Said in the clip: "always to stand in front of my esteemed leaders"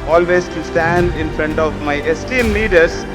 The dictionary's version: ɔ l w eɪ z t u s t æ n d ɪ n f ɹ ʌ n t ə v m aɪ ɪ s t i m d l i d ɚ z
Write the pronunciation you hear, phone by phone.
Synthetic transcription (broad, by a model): ɔ l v eɪ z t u s t æ n d ɪ n f ɹ ʌ n t ə v m aɪ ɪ s t i m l i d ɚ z